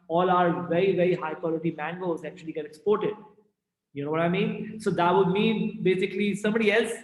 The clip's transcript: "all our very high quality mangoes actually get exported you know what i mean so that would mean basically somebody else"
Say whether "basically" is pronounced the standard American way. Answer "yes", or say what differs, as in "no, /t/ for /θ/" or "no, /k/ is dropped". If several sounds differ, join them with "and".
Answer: yes